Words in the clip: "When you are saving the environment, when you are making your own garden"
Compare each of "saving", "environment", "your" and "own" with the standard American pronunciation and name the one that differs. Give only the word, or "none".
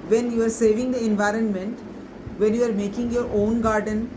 none